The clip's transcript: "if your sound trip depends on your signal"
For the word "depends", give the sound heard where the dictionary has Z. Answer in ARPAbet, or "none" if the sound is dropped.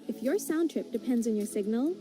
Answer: Z